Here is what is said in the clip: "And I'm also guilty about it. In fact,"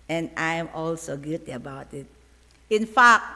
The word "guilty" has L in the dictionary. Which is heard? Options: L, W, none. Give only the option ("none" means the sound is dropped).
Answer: none